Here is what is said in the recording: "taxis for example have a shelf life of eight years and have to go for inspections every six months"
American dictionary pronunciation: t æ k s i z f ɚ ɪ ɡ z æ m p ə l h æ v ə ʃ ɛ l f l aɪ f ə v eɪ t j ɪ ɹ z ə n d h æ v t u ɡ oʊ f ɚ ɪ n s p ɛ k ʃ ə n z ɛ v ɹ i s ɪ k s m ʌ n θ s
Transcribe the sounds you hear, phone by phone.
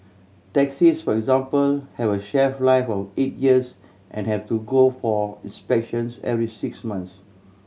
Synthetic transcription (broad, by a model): t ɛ k s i s f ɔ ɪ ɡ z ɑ m p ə l h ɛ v ə ʃ ɛ f l aɪ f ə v eɪ t j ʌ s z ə n h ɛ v t u ɡ oʊ f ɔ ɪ n s p ɛ k ʃ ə n s ɛ v ɹ i s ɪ k s m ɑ n s